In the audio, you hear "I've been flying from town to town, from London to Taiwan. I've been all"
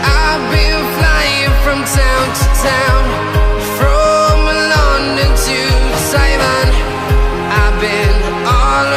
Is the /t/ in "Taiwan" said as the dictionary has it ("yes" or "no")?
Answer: no